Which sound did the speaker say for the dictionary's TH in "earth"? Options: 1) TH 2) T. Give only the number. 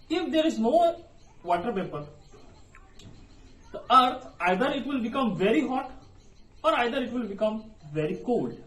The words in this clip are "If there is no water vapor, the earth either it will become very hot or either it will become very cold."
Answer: 2